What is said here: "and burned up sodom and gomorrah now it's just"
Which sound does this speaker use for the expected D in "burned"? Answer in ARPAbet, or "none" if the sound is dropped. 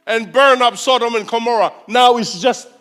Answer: none